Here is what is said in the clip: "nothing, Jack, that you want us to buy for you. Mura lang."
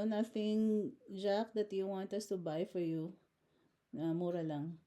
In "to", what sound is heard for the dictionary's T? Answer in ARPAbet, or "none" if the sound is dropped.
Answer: T